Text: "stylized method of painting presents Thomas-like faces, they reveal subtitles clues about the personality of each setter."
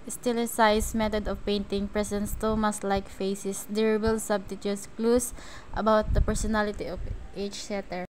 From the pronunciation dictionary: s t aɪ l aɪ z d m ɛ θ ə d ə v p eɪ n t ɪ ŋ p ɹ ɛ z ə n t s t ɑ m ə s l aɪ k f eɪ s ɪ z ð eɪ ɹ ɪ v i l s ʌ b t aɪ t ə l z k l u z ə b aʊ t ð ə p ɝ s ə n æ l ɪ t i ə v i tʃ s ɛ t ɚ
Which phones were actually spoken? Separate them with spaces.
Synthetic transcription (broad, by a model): s t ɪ l aɪ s m ɛ t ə d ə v p eɪ n t ɪ ŋ p ɹ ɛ s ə n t s t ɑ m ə s l aɪ k f eɪ s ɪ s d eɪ ɹ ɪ b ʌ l s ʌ b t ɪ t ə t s k l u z ə b aʊ t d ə p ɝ s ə n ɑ l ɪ t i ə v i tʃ s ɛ t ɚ